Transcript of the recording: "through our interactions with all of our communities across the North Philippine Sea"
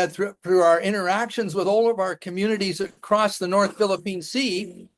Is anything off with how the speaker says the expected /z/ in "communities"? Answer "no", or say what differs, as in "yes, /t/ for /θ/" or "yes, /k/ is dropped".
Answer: no